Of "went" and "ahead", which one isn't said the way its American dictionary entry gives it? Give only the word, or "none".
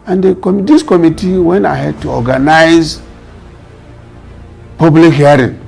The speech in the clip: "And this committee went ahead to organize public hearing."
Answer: went